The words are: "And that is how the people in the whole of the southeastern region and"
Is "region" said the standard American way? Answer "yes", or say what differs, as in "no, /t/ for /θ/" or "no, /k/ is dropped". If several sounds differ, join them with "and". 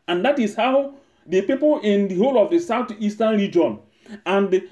yes